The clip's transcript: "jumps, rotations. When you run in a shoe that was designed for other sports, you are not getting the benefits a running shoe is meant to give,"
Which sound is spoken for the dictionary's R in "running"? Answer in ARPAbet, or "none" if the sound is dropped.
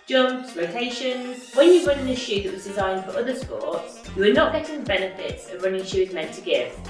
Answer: R